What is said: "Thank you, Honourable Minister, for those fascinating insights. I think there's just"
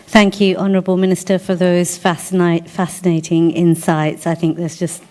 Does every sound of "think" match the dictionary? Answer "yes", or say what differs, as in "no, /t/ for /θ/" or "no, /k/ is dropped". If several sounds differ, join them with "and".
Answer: yes